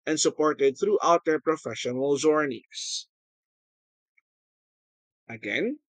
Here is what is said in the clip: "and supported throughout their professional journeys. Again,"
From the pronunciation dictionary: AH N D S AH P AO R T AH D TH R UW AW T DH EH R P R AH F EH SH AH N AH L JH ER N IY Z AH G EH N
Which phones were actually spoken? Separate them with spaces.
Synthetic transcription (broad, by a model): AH N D S AH P AO R T AH D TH R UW AW T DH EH R P R AH F EH SH AH N AH L Z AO N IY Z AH G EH N